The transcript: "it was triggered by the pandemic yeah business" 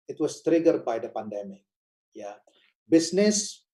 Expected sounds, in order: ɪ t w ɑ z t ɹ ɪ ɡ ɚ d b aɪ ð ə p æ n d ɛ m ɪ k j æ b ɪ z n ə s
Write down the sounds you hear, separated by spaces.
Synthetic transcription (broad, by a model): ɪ t w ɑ s t ɹ ɪ ɡ ɚ d b aɪ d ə p æ n d ɛ m ɪ k j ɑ b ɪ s n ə s